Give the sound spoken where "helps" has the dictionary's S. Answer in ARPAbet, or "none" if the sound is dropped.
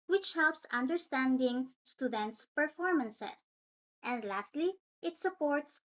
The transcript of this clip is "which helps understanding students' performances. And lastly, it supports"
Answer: S